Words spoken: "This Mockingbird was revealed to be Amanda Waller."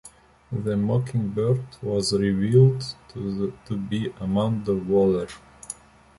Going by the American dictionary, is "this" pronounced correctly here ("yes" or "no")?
no